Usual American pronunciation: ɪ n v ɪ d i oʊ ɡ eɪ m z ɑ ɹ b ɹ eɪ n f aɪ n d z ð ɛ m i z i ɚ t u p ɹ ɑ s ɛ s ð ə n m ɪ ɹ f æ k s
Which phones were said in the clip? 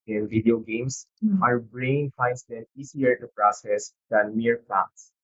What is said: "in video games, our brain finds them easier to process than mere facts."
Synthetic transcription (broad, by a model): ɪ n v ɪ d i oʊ ɡ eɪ m s ɑ ɹ b ɹ eɪ n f aɪ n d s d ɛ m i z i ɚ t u p ɹ ɑ s ɛ s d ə n m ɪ ɹ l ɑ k s